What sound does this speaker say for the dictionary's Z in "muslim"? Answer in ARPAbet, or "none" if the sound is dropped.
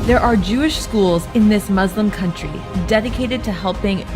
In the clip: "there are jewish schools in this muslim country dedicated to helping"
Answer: Z